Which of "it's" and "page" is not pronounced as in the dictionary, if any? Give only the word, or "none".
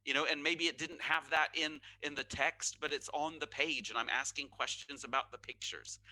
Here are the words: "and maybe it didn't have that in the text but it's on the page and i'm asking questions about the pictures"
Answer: none